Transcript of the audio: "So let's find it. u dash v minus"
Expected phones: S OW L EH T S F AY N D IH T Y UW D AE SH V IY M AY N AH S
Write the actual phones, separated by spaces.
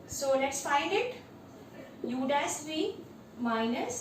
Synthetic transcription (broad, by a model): S OW L EH T S F AY N D IH T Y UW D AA S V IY M AY N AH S